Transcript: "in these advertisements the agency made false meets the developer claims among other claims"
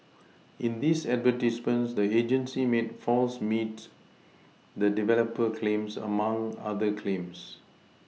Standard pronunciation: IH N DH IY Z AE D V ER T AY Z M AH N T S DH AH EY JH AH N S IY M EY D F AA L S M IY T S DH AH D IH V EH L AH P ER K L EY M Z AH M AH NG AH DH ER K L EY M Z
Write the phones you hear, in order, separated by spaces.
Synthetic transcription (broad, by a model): IH N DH IY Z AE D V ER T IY S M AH N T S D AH EY JH AH N S IY M EY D F AA L S M IY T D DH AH D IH V EH L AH P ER K L EY M S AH M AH NG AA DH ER K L EY M S